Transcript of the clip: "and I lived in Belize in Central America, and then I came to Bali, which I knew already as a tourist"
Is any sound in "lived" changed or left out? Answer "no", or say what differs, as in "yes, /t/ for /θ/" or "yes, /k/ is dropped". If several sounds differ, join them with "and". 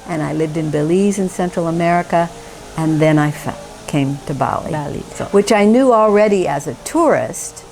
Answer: no